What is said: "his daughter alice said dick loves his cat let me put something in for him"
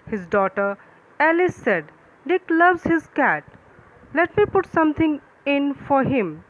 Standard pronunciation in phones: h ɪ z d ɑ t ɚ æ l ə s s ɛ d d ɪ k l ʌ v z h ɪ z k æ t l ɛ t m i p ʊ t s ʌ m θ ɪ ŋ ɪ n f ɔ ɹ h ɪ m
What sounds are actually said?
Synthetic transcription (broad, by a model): h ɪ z d ɑ t ɚ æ l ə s s ɛ d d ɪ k l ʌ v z h ɪ z k æ t l ɛ t m i p ʊ t s ʌ m t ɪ ŋ ɪ n f ɔ ɹ h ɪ m